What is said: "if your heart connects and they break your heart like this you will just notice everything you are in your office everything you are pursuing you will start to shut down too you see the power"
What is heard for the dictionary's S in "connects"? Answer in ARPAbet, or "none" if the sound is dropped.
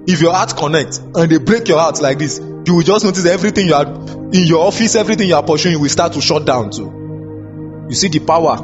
none